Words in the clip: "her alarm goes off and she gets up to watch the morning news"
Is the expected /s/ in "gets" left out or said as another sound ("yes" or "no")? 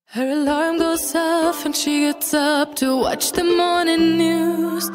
no